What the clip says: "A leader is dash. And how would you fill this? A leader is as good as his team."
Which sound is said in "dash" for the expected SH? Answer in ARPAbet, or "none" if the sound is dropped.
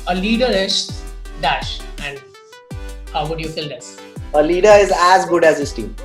SH